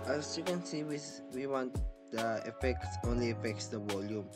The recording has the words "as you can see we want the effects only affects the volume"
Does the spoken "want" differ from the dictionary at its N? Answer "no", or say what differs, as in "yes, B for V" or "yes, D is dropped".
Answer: no